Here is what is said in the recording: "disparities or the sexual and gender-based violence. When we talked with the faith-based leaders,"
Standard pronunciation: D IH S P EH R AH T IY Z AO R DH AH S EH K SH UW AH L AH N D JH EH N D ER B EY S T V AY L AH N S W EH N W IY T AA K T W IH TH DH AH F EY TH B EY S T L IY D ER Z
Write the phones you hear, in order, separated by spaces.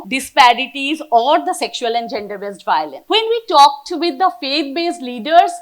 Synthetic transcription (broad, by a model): D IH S P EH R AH T IY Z AO R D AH S EH K SH UW AH L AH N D JH EH N D ER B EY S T V AY L AH N S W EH N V IY T AA K T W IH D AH F EY T B EY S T L IY D ER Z